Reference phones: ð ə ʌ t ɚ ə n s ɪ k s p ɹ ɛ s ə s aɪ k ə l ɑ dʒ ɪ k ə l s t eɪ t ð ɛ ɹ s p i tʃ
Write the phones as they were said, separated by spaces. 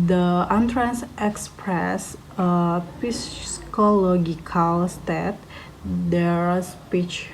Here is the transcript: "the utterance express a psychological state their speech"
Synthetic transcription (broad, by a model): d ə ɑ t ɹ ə n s ɪ k s p ɹ ɛ s ə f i k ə l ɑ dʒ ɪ k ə l s t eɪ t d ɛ ɹ s p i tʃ